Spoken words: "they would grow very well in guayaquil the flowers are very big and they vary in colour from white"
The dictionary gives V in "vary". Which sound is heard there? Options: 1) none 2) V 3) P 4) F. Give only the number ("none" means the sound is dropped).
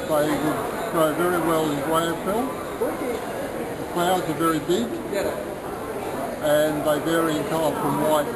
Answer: 2